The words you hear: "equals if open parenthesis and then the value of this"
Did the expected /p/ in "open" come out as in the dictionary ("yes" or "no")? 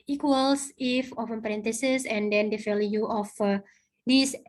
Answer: no